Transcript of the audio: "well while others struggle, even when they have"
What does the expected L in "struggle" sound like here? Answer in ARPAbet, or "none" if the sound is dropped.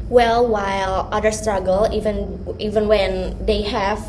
N